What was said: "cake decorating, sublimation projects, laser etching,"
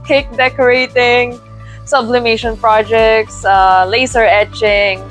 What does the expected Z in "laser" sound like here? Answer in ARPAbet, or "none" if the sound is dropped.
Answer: S